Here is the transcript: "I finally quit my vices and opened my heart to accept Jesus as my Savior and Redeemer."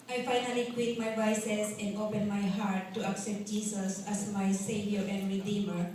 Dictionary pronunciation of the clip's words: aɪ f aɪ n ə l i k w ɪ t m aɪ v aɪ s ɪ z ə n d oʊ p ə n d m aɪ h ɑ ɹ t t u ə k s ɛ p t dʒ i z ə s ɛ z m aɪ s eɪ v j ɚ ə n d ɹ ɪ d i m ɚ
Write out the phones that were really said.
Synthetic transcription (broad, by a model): aɪ f aɪ n ə l i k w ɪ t m aɪ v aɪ s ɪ s ə n d oʊ p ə n m aɪ h ɑ ɹ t t u ə k s ɛ p t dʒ i s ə s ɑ s m aɪ s eɪ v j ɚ ə n d ɹ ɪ d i m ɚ